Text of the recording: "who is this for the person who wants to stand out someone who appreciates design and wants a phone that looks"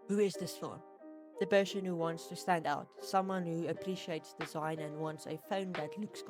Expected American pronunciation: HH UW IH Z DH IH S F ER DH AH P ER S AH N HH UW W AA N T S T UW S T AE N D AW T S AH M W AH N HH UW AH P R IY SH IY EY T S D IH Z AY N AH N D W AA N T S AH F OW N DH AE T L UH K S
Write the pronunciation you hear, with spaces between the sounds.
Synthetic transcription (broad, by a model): HH UW IH Z DH IH S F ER DH AH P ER SH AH N HH UW W AA N T S T UW S T AE N D AW T S AH M W AH N HH UW AH P R IY SH IY EY T S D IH Z AY N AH N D W AA N T S AH F OW N DH AE T L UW K S